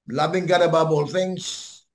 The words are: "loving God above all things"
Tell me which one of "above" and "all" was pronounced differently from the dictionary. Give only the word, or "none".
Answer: above